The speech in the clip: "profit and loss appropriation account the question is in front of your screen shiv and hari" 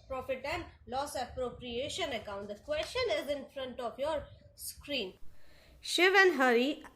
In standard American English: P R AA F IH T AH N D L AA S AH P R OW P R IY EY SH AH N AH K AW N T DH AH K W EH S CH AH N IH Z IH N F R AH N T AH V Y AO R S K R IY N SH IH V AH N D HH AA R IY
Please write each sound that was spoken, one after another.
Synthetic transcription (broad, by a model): P R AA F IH T AH N D L AA S AH P R OW P R IY EY SH AH N AH K AW N T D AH K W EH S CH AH N IH Z IH N F R AH N T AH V Y AO R S K R IY N SH IH V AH N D HH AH R IY